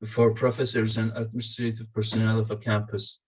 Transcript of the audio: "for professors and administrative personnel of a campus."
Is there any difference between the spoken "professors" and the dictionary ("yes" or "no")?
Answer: no